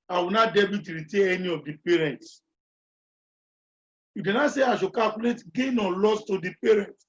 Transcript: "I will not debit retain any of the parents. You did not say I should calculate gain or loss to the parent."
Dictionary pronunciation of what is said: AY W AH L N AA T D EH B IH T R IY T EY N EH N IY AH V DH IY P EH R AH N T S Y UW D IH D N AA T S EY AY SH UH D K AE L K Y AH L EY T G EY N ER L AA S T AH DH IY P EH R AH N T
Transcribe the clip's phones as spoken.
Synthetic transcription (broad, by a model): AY W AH N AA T D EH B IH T R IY T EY EH N IY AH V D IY P EH R AH N T S Y UW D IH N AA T S EY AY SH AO K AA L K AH L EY T G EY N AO L AA S T AH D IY P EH R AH N T